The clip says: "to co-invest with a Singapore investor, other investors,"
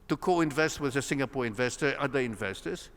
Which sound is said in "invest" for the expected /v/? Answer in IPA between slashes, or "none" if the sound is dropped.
/v/